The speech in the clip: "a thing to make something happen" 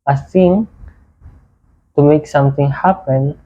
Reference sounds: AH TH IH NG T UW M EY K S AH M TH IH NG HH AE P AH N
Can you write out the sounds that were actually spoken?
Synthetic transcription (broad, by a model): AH S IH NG T UW M EY K S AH M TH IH NG HH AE P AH N